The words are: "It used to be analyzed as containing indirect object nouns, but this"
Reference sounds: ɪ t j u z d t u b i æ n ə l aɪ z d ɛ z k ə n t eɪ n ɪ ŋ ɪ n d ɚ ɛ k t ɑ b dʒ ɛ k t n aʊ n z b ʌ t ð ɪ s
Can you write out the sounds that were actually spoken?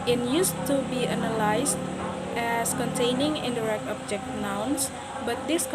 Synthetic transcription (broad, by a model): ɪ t j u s t u b i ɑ n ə l aɪ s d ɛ s k ə n t eɪ n ɪ ŋ ɪ n d ɚ ɛ k t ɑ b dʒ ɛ k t n aʊ n s b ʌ t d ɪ s